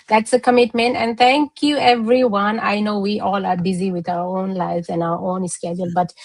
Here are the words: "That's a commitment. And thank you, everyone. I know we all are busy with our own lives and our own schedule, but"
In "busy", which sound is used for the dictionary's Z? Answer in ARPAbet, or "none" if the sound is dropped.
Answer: Z